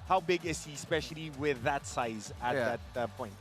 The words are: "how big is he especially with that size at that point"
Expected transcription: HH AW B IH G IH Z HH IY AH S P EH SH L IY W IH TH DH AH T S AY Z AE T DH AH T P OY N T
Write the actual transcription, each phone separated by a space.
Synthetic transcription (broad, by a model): HH AW B IH G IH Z HH IY S P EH SH L IY W IH DH AH T S AY Z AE DH AH T P OY N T